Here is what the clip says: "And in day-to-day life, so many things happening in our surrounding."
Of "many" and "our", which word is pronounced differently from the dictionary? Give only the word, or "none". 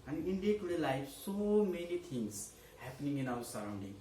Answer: our